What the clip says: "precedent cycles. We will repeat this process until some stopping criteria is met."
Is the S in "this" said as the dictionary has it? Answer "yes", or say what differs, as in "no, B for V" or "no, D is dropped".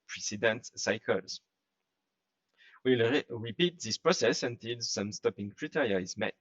yes